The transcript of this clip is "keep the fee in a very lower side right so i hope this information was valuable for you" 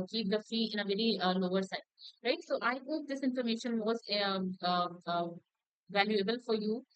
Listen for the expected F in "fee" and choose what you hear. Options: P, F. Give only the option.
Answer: F